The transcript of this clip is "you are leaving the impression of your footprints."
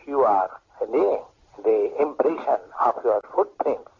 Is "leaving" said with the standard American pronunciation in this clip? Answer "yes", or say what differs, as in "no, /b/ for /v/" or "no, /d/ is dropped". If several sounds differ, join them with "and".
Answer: no, /v/ is dropped